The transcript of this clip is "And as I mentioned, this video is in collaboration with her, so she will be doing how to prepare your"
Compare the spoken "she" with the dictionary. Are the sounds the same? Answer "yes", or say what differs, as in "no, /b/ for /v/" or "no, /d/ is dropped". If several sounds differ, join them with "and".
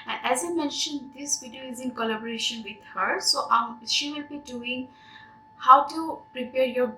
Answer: yes